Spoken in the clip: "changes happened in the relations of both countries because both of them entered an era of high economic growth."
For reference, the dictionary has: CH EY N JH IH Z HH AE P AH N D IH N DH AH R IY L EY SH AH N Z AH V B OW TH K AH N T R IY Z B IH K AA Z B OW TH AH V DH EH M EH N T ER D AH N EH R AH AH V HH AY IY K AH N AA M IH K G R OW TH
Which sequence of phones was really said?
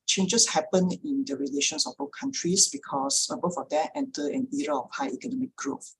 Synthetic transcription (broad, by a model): CH EY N JH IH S HH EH P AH N IH N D AH R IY L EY SH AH N S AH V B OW K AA N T R IY S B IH K AA S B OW F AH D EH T EH N T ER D AH N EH R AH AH F HH AY IY K AH N AA M IH K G R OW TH